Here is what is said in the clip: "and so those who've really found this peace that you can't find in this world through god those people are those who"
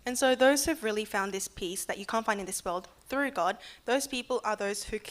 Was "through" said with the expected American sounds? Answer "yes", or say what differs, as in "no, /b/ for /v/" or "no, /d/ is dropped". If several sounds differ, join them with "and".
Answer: yes